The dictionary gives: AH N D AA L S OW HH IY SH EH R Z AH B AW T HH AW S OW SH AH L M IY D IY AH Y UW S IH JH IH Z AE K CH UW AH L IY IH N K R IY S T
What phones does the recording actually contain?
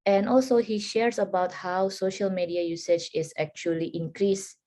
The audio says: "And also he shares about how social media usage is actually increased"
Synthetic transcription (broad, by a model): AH N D AA L S OW HH IY SH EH R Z AH B AW T HH AW S OW SH AH L M IY D IY AH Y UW S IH CH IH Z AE K CH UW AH L IY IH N K R IY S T